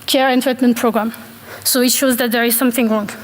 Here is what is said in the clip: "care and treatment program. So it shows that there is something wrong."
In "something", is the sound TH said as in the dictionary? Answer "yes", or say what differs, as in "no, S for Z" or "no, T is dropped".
yes